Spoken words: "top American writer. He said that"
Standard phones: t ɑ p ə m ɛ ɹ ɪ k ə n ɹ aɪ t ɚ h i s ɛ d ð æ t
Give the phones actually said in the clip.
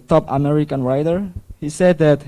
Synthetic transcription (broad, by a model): t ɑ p ə m ɛ ɹ ɪ k ə n ɹ aɪ t ɚ h i s ɛ d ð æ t